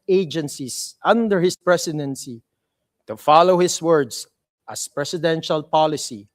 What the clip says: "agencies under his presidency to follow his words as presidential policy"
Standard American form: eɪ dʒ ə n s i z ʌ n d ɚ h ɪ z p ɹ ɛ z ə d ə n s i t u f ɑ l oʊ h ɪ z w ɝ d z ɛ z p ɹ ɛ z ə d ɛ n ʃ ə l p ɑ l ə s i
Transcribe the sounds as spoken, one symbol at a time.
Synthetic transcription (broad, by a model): eɪ dʒ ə n s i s ʌ n d ɚ h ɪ s p ɹ ɛ s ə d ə n s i t u f ɑ l oʊ h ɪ s w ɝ d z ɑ s p ɹ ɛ s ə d ɛ n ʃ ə l p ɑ l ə s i